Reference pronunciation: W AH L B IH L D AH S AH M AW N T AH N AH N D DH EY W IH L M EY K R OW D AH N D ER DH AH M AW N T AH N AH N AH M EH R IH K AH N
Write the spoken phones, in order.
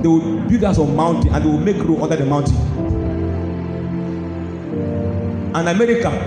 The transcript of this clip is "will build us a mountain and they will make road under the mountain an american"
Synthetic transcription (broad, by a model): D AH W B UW D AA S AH M AW N T AH N AH N D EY W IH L M EY K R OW AO N D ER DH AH M AW N T AH N AH N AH M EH R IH K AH